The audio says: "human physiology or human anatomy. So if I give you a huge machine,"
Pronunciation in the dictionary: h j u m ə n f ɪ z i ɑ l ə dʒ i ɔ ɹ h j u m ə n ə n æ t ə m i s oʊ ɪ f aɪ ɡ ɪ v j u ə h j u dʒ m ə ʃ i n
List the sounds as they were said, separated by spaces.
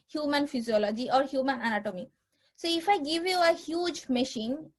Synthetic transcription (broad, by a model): h j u m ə n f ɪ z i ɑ l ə dʒ i ɔ ɹ h j u m ə n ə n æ t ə m i s oʊ ɪ f aɪ ɡ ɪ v j u ə h j u dʒ m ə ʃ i n